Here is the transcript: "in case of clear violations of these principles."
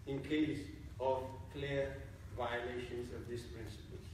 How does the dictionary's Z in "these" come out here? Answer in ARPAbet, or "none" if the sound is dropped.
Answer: S